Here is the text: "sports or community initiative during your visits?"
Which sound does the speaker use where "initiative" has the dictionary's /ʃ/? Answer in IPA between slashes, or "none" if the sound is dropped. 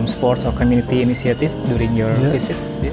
/s/